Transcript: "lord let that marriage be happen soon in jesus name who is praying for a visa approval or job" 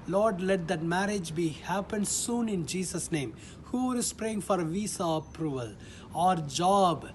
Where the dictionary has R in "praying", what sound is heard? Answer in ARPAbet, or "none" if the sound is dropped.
R